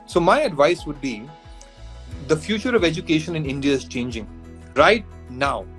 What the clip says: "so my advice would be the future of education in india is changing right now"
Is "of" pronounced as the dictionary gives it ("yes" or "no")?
yes